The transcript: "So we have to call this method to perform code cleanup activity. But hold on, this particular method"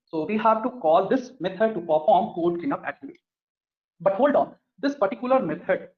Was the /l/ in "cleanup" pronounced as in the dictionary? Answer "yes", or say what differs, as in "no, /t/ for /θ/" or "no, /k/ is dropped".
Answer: no, /l/ is dropped